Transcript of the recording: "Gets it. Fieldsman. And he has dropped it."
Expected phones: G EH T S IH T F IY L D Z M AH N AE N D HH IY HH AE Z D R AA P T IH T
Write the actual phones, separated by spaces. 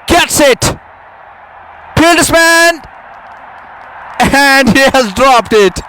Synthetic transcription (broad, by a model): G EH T S IH T P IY L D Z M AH N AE N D HH IY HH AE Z D R AA P T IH T